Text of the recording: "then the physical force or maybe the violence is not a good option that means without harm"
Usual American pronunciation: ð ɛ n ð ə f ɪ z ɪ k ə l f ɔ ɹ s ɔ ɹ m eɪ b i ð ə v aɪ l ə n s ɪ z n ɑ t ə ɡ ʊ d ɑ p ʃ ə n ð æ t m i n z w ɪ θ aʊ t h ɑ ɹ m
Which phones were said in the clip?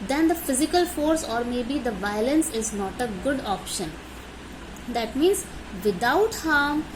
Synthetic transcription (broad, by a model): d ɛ n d ə f ɪ z ɪ k ə l f ɔ ɹ s ɔ ɹ m eɪ b i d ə v aɪ l ə n s ɪ z n ɑ t ə ɡ ʊ d ɑ p ʃ ə n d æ t m i n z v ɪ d aʊ t h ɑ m